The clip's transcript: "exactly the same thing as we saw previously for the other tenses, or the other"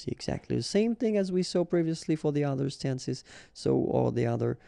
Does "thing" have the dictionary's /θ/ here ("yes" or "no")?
yes